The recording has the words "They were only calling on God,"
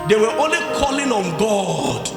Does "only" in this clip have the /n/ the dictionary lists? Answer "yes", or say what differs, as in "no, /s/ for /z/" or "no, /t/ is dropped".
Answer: yes